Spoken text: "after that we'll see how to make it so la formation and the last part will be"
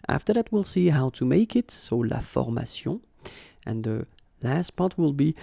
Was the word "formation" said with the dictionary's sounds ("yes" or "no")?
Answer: no